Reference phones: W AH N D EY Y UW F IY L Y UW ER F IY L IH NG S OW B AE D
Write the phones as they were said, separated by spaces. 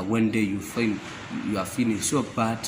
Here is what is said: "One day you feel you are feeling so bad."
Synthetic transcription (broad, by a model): W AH N D EY Y UW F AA N Y UW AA F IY N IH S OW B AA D